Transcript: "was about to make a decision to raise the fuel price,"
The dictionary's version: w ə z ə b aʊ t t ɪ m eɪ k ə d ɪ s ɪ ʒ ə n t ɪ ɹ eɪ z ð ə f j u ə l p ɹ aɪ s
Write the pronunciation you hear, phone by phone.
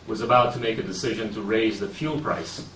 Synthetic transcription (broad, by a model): w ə z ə b aʊ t t ɪ m eɪ k ə d ɪ s ɪ ʒ ə n t ɪ ɹ eɪ z ð ə f j u l p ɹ aɪ s